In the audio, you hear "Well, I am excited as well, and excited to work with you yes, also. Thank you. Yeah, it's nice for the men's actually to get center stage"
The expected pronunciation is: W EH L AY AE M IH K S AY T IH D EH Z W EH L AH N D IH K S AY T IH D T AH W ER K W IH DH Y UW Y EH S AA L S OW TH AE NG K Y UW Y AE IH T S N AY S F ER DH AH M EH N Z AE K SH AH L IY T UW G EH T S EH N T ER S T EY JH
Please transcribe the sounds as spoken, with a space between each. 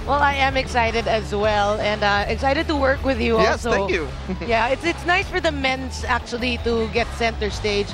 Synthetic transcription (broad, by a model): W EH L AY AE M IH K S AY T IH D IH Z W EH L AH N D IH K S AY T IH D T AH W ER K W IH DH Y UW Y AA L S OW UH K Y UW Y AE IH T S N AY S F ER DH AH M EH N S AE K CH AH L IY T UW G EH T S EH N T ER S T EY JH